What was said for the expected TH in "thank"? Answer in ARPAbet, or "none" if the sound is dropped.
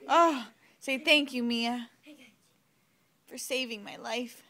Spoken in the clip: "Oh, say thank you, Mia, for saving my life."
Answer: TH